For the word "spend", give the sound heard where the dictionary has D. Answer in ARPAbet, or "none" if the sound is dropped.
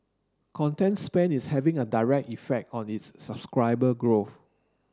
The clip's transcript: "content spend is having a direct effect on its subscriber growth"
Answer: none